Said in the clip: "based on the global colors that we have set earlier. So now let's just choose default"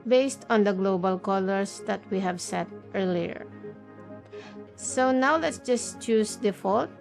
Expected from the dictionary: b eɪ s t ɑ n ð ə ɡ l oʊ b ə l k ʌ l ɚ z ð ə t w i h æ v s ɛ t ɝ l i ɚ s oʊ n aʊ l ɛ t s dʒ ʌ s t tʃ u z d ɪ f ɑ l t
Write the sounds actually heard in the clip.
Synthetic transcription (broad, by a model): b eɪ s t ɑ n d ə ɡ l oʊ b ə l k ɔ l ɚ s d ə t w i h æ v s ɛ t ɝ l i ɚ s oʊ n aʊ l ɛ t s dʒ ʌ s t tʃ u s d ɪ f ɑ l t